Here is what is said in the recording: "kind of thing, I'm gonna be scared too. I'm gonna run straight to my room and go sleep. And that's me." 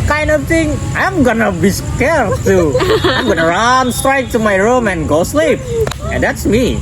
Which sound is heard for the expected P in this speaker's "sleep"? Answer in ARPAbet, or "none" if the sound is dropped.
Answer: P